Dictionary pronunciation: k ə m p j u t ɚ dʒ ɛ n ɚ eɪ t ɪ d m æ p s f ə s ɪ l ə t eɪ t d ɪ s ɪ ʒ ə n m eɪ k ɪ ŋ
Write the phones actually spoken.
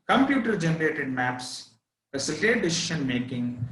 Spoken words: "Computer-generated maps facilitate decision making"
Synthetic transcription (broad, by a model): k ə m p j u t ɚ dʒ ɛ n ɚ eɪ t ɪ d m æ p s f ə s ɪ l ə t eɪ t d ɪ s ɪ ʃ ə n m eɪ k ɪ ŋ